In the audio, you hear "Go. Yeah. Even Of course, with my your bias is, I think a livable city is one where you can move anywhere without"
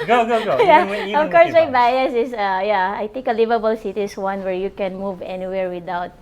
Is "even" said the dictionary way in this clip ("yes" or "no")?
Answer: no